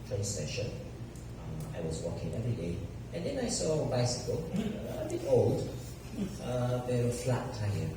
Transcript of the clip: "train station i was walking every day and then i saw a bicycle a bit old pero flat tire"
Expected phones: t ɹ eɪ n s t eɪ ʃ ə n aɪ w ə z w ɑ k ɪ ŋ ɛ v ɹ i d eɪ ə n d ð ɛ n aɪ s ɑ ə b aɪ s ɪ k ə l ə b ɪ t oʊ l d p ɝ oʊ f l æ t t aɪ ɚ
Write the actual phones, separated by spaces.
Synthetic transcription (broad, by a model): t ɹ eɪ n s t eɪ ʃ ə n aɪ w ə z w ɑ k ɪ ŋ ɛ v ɹ i d eɪ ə n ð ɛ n aɪ s ɑ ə b aɪ s ɪ k ə l ə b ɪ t oʊ l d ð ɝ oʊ f l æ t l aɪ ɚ